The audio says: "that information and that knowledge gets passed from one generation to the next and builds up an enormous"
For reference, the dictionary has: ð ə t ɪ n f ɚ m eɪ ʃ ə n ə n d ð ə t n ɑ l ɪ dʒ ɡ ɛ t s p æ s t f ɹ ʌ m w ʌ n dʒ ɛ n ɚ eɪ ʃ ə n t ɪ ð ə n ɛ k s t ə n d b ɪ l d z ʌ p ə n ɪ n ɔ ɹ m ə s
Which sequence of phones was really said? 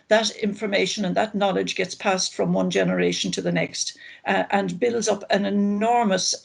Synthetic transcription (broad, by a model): ð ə t ɪ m f ɚ m eɪ ʃ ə n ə n ð ə t n ɑ l ɪ dʒ ɡ ɛ t s p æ s t f ɹ ʌ m w ʌ n dʒ ɛ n ɚ eɪ ʃ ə n t ɪ ð ə n ɛ k s t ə n b ɪ l d z ʌ p ə n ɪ n ɔ ɹ m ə s